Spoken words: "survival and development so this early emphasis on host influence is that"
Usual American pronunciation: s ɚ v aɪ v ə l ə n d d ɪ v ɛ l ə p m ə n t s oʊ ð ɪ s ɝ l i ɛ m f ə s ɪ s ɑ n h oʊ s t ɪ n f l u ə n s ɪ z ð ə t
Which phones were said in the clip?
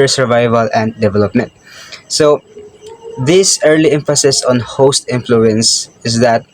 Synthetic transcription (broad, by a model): s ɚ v aɪ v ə l ə n d d ɪ v ɛ l ə p m ə n t s oʊ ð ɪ s ɝ l i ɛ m f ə s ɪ s ɑ n h oʊ s t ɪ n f l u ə n s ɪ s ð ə t